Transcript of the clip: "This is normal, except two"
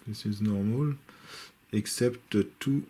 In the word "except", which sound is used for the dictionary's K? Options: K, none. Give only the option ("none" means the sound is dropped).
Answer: K